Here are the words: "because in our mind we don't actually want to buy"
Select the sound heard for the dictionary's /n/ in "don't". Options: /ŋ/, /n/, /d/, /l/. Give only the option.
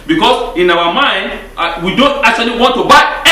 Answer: /n/